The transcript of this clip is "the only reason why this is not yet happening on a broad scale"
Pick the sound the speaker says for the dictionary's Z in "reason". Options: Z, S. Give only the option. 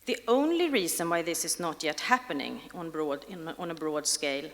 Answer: S